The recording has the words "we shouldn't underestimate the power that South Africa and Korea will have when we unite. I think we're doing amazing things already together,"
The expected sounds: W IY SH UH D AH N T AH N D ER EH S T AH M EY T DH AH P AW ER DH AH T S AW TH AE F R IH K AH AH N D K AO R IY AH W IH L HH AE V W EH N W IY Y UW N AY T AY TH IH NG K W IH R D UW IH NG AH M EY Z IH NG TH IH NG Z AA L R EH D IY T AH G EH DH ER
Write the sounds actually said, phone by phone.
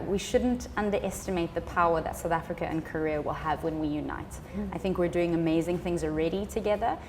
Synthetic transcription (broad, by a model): W IY SH UH D N T AH N D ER EH S T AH M EY T DH AH P AW ER DH AH T S AW TH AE F R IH K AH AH N K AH R IY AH W IH L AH V W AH N W IY Y UW N AY T AY TH IH NG K W IH R D UW IH NG AH M EY Z IH NG TH IH NG Z AA L R EH D IY T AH G EH DH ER